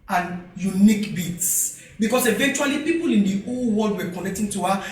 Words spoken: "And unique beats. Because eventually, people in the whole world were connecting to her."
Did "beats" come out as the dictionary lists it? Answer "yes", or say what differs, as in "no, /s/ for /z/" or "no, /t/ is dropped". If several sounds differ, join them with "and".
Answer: yes